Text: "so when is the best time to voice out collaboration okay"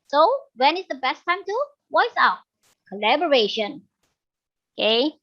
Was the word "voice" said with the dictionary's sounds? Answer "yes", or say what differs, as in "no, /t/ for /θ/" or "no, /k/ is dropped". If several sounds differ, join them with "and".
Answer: no, /w/ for /v/